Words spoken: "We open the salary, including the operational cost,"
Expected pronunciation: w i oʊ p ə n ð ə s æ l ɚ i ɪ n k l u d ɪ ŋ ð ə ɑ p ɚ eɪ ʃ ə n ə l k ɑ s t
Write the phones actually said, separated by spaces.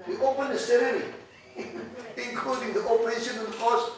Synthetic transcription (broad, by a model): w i oʊ p ə n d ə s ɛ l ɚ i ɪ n k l u d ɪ ŋ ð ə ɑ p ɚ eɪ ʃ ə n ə n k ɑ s